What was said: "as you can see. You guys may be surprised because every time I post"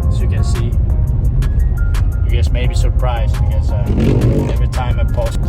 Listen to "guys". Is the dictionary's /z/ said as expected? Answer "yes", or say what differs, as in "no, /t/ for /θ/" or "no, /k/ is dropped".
no, /s/ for /z/